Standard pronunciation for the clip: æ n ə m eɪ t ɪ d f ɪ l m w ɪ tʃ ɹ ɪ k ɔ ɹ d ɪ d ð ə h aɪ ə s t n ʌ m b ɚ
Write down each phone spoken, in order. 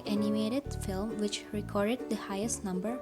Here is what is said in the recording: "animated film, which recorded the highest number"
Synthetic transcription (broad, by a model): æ n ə m eɪ t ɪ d f ɪ l m w ɪ tʃ ɹ ɪ k ɔ ɹ d ɪ d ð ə h aɪ ə s t n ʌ m b ɚ